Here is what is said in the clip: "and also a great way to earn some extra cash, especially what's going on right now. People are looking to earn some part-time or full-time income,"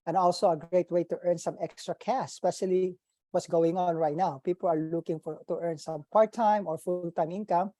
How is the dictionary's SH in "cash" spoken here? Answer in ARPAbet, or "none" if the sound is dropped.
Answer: S